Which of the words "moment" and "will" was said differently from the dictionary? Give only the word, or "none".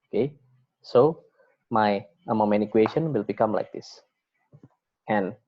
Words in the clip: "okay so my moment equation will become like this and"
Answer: moment